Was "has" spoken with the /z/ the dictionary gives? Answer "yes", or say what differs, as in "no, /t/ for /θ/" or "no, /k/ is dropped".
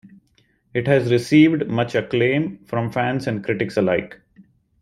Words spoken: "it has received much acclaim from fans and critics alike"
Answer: yes